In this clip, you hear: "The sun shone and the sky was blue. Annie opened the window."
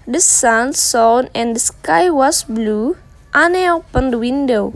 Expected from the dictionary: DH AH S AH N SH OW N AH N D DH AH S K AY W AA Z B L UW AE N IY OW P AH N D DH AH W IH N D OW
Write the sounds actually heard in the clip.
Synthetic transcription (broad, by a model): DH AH S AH N S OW N AH N D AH S K AY W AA S B L UW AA N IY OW P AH N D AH W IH N D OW